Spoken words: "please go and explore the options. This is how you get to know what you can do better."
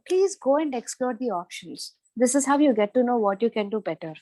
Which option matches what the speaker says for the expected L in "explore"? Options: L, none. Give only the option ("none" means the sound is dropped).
L